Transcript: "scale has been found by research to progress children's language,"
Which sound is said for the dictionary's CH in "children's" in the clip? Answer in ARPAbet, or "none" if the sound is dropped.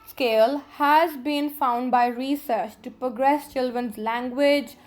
CH